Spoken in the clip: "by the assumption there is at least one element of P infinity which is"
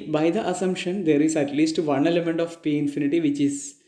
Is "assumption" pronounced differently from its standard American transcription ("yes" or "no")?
no